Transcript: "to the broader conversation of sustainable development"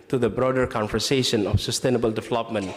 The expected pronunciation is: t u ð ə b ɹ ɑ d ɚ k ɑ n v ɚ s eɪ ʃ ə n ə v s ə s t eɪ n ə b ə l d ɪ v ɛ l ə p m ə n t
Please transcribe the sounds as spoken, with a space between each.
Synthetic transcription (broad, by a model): t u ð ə b ɹ ɑ d ɚ k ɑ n f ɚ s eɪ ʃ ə n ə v s ə s t eɪ n ə b ə l d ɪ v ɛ l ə p m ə n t